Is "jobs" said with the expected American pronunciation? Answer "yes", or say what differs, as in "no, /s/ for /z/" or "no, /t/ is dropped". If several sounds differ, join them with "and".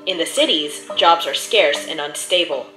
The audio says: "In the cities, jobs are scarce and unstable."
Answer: yes